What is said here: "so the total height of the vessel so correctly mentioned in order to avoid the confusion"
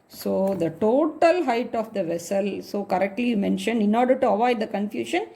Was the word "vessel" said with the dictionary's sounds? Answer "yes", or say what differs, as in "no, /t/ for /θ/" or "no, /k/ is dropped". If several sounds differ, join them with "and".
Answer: yes